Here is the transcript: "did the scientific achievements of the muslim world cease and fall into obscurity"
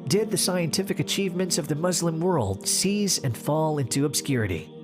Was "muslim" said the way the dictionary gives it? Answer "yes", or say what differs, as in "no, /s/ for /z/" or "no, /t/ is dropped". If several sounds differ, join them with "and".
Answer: yes